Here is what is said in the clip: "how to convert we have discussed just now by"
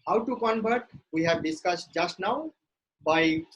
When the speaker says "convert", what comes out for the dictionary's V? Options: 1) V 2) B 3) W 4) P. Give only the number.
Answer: 2